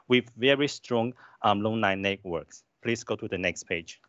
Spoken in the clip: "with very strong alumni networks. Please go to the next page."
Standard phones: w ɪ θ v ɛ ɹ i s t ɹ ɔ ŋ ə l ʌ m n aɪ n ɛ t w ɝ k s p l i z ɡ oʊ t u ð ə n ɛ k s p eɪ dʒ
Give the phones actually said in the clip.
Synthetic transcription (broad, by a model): w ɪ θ v ɛ ɹ i s t ɹ ɔ ŋ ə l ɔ n aɪ n ɛ t w ɝ k s p l i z ɡ oʊ t u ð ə n ɛ k s p eɪ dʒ